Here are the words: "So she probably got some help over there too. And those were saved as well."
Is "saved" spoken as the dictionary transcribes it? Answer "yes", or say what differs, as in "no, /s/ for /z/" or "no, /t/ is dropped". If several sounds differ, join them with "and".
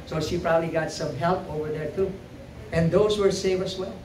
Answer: no, /d/ is dropped